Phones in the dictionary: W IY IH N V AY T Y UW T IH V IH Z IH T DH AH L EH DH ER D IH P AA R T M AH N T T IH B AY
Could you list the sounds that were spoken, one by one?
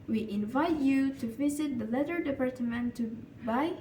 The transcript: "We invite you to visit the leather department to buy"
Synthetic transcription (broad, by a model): W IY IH N V AY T Y UW T IH V IH Z IH T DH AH L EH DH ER D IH P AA R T M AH N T T IH B AY